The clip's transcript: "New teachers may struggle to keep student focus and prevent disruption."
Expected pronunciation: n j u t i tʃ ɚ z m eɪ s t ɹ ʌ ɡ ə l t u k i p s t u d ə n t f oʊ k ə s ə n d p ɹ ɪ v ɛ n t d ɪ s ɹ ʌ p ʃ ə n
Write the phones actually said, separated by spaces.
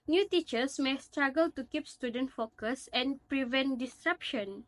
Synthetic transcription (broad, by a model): n j u t i tʃ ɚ s m eɪ s t ɹ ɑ ɡ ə l t u k i p s t u d ə n t f oʊ k ə s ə n p ɹ ɪ v ɛ n t d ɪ s ɹ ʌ p ʃ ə n